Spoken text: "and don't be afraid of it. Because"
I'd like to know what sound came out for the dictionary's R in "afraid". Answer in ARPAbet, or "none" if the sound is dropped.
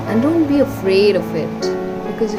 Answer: R